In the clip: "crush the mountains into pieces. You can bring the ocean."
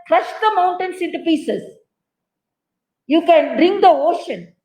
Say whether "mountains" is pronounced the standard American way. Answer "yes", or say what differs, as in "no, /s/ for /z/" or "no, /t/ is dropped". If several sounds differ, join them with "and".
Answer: no, /s/ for /z/